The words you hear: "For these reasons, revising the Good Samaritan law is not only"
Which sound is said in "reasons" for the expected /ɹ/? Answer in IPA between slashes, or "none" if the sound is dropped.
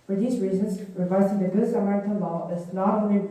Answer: /ɹ/